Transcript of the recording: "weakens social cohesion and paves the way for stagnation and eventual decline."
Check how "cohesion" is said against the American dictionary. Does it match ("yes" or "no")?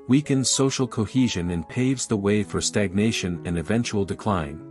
yes